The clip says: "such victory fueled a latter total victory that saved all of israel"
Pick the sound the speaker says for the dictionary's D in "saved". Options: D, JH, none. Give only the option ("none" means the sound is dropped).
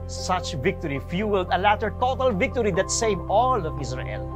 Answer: none